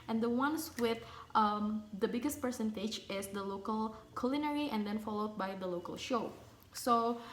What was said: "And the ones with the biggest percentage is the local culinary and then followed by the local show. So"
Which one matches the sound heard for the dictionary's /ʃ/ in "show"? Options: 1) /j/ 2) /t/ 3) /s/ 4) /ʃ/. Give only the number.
4